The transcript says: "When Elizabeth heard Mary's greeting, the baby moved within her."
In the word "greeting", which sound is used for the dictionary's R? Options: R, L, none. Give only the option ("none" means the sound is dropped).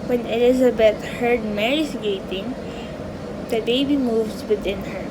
none